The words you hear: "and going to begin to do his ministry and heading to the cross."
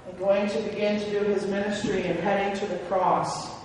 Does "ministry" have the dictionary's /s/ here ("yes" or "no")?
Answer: yes